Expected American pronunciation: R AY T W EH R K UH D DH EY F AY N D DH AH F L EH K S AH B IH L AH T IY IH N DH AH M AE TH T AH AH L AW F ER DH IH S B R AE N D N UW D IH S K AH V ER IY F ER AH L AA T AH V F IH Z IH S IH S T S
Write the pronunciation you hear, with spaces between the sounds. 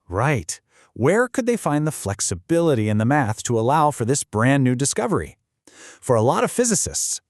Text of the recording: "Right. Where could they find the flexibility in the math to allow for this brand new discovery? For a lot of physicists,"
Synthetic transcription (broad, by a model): R AY T W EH R K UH D DH EY F AY N DH AH F L EH K S AH B IH L AH T IY IH N DH AH M AE TH T AH AH L AW F ER DH IH S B R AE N N UW D IH S K AH V ER IY F ER AH L AA T AH V F IH Z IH S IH S T S